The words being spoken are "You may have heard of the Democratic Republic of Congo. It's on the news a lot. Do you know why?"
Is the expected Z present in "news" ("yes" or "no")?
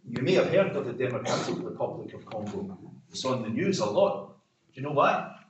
yes